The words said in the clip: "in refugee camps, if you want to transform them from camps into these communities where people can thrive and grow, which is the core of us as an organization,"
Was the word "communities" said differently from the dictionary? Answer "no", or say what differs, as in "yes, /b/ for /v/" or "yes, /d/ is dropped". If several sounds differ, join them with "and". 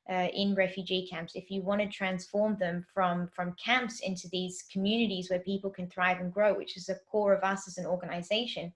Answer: no